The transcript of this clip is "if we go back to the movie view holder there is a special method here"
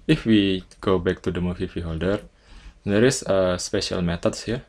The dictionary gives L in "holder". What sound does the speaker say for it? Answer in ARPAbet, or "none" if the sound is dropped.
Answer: L